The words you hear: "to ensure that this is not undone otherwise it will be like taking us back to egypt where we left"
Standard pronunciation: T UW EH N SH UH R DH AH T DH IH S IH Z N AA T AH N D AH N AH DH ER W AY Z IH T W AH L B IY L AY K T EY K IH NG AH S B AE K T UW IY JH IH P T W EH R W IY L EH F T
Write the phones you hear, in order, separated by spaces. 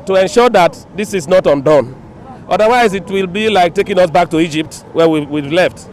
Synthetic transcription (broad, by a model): T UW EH N SH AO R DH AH T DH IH S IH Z N AA T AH N D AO N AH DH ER W AY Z IH T W AH L B IY L AY K T EY K IH NG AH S B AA K T UW IY JH IH P T W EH W W IY L EH F T